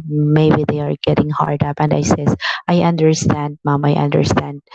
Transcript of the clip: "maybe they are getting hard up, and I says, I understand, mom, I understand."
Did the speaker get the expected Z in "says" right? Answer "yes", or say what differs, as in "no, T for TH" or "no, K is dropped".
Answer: no, S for Z